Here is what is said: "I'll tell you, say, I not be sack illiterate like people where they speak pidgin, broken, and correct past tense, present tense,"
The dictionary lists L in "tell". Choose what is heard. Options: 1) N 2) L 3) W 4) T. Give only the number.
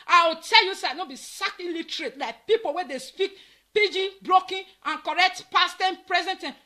2